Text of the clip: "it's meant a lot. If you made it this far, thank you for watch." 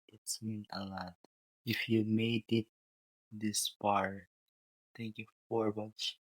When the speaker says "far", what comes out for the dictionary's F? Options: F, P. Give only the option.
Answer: P